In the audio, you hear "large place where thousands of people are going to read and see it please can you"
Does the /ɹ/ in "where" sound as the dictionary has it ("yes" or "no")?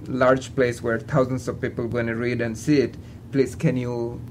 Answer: yes